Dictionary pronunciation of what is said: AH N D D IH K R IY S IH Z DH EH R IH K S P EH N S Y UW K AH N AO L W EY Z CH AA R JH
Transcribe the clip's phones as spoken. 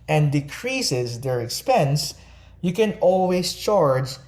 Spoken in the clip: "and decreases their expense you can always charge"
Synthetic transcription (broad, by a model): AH N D D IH K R IY S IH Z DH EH R IH K S P EH N S Y UW K AH N AO L W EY S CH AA R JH